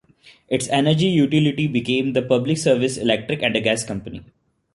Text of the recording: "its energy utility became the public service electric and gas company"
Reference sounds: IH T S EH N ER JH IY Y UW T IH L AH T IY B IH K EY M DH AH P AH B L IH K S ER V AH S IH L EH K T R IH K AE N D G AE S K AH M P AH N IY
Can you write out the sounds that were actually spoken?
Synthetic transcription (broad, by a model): IH T S EH N ER JH IY Y UW T IH L AH T IY B IH K EY M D AH P AH B L IH K S ER V AH S IH L EH K T R IH K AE N D G AE S K AH M P AH N IY